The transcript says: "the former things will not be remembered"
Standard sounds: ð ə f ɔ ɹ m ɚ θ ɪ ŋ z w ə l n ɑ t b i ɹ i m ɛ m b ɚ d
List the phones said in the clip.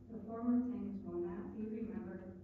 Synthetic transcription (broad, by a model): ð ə f ɔ ɹ m ɚ s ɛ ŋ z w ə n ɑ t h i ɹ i m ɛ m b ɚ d